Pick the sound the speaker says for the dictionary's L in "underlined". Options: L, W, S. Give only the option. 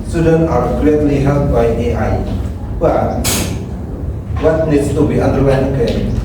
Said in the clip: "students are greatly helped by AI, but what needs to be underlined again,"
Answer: W